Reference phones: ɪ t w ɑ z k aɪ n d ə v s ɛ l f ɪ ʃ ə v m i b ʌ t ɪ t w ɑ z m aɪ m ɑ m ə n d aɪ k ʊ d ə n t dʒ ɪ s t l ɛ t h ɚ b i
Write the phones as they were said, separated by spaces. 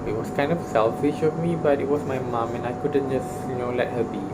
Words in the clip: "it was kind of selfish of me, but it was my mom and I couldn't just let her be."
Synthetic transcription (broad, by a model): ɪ t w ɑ s k aɪ n d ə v s ɛ l f ɪ ʃ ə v m i b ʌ t ɪ t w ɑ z m aɪ m ɑ m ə n aɪ k ʊ d ə n t dʒ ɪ s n l ɛ t h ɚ b i